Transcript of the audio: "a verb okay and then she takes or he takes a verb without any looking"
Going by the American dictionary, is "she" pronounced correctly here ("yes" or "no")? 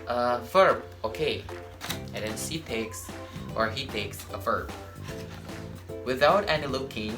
no